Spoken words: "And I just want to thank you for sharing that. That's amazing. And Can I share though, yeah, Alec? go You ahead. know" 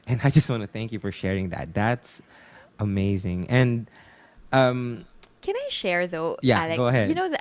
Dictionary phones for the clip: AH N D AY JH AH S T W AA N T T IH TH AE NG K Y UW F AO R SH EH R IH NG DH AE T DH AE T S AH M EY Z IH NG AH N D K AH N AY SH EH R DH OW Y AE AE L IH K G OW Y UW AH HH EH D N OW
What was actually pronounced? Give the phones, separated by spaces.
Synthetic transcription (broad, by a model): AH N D AY JH AH S T W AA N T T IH TH AE NG K Y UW F AO R SH EH R IH NG DH AE T DH AE T S AH M EY Z IH NG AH N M K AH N AY SH EH R DH OW Y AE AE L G G OW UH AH HH EH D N OW